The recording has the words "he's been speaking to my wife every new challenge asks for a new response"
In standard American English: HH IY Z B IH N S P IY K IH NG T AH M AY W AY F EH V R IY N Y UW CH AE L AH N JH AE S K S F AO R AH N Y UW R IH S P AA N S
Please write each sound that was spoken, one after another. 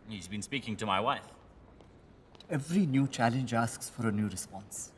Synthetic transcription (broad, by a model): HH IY Z B IH N S P IY K IH NG T AH M AY W AY F EH V R IY N Y UW CH AE L AH N JH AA S K S F AO R AH N Y UW R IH S P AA N S